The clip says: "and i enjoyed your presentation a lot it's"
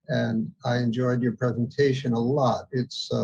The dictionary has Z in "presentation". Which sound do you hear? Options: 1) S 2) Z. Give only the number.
2